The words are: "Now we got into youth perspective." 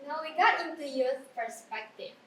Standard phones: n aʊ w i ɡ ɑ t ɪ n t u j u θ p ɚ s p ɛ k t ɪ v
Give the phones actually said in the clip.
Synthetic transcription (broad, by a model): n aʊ w i ɡ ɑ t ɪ t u j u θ p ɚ s p ɛ k t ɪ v